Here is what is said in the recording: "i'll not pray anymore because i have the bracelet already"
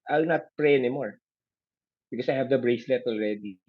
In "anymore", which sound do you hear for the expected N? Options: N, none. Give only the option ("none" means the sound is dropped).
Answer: N